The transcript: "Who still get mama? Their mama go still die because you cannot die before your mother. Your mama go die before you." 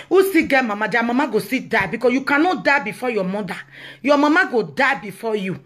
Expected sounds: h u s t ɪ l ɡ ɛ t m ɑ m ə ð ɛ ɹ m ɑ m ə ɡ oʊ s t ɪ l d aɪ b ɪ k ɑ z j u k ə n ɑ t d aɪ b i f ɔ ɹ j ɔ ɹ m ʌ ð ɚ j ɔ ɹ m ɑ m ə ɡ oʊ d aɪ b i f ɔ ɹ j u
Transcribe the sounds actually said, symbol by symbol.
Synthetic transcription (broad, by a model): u s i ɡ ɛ m ɑ m ə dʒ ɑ m ɑ m ə ɡ oʊ s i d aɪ b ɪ k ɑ j u k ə n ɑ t d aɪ b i f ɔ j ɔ m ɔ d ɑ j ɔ m ɑ m ə ɡ oʊ d aɪ b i f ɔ j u